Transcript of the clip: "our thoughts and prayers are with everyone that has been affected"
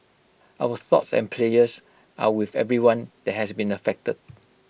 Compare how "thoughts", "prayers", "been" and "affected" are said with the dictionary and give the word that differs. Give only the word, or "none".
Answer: prayers